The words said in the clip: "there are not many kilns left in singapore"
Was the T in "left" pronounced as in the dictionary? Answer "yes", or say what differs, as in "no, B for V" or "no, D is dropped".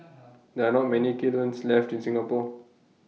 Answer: yes